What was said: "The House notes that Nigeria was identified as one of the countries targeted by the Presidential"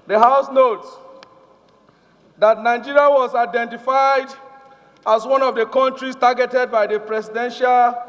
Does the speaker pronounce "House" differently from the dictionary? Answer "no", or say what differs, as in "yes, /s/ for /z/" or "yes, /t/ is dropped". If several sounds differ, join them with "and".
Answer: no